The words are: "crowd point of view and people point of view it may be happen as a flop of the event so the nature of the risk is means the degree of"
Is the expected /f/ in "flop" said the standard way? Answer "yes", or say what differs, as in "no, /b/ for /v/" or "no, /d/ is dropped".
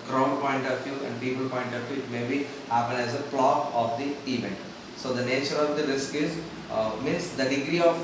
no, /p/ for /f/